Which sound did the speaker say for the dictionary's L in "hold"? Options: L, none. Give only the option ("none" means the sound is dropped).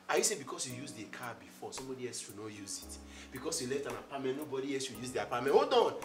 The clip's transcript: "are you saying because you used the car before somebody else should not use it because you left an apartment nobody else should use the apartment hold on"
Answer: none